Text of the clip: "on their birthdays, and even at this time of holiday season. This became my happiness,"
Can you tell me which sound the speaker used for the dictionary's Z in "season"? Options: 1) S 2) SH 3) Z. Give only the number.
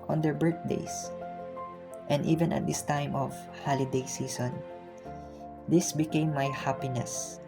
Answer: 1